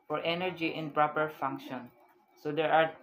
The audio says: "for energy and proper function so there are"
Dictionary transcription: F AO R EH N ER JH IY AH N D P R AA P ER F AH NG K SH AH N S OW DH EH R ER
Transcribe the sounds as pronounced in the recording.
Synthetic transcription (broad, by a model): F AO R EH N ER JH IY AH N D P R AA P ER F AH NG K SH AH N S OW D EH R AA